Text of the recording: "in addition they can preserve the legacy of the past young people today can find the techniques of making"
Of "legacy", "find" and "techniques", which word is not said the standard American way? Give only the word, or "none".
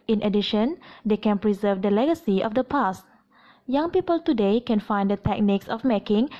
none